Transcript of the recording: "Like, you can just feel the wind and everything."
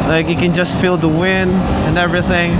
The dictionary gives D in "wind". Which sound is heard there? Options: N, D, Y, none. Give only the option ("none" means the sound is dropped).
D